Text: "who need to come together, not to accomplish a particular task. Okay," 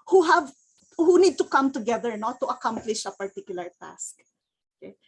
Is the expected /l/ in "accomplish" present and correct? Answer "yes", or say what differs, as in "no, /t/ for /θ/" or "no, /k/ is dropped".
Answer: yes